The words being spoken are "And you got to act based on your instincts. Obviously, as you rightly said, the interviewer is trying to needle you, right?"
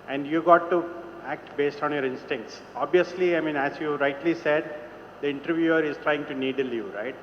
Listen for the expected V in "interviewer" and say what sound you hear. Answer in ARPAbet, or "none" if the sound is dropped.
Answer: V